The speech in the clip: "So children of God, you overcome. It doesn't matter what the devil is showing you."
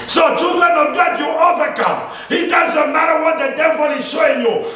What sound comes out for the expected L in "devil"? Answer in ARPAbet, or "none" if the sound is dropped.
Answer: L